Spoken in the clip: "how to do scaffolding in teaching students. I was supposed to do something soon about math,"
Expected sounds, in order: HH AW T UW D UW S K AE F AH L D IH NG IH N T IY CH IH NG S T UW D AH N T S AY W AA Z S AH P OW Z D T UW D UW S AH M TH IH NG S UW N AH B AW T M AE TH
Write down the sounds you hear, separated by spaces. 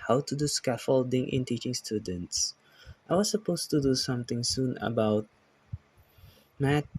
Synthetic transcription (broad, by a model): HH AW T UW D UW S K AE F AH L D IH NG IH N T IY CH IH NG S T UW D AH N T S AY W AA S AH P OW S T UW D UW S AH M T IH NG S UW N AH B AW T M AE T